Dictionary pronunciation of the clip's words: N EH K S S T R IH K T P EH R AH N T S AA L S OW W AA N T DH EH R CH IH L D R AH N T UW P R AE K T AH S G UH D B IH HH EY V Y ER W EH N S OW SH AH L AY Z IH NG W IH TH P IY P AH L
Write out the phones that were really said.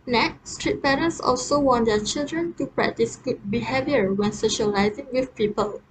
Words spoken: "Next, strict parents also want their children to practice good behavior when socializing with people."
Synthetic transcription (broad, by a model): N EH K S S T R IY T P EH R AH N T S AA L S OW W AA N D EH CH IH L D R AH N T UW P R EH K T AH S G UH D B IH HH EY V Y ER W EH N S OW SH AH L AY Z IH NG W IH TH P IY P AH L